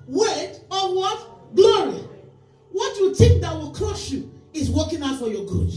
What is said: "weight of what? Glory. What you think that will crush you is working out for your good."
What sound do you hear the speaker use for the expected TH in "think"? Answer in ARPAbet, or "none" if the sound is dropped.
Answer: T